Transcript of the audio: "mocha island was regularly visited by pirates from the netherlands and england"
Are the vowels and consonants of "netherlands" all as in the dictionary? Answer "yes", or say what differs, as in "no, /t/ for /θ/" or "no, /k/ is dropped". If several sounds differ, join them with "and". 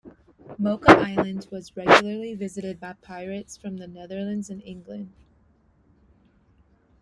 yes